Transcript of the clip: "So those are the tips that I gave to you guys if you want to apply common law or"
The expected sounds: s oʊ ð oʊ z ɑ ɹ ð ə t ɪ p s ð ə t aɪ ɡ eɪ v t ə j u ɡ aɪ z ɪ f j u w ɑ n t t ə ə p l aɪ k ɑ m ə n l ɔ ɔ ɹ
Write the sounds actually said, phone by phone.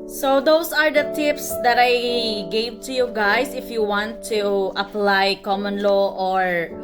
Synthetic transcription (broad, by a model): s oʊ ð oʊ s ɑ ɹ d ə t ɪ p s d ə t aɪ ɡ eɪ v t ə j u ɡ aɪ s ɪ f j u w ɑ n t t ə ə p l aɪ k ɑ m ə n l ɔ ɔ ɹ